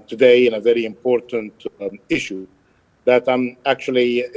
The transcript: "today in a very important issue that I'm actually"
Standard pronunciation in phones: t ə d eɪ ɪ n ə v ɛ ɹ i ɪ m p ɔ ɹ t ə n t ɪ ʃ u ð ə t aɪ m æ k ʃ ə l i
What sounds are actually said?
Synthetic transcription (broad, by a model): t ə d eɪ ɪ n ə v ɛ ɹ i ɪ m p ɔ ɹ t ə n t ɪ ʃ u ð ə t aɪ m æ k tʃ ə l i